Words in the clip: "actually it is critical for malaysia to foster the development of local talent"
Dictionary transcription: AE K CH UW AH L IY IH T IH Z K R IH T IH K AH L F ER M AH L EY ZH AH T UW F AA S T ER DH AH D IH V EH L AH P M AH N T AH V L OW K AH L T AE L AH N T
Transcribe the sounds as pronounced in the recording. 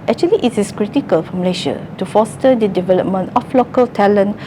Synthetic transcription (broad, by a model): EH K CH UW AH L IY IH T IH S K R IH T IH K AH L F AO M L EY SH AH T UW F AA S T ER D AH D IH V EH L AH P M AH N T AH F L OW K AH L T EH L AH N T